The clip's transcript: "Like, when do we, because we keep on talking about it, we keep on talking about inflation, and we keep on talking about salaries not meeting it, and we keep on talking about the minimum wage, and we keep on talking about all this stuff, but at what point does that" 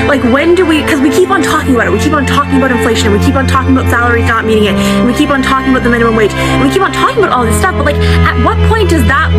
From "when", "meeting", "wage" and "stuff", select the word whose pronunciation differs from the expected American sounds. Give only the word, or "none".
wage